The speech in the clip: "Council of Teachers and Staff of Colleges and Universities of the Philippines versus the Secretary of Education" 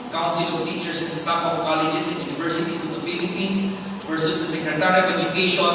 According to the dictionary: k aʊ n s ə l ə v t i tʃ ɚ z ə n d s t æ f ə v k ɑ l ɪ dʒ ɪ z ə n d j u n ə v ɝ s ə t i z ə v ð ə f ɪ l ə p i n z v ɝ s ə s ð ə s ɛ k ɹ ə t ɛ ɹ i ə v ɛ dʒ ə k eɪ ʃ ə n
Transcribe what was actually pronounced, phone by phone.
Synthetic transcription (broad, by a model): k aʊ n s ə l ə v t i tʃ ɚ s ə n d s t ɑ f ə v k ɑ l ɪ dʒ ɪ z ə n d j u n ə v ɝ s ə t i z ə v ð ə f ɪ l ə p i n s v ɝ s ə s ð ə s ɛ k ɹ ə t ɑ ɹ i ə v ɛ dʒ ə k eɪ ʃ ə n